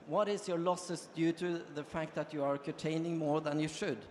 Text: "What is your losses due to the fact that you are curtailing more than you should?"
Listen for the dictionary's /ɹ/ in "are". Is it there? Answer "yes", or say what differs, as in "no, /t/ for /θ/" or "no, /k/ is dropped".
yes